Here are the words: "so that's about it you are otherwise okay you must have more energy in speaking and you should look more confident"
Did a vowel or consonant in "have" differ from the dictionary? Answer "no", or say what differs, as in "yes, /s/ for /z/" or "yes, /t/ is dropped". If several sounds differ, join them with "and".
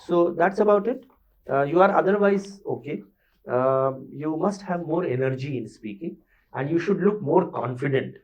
no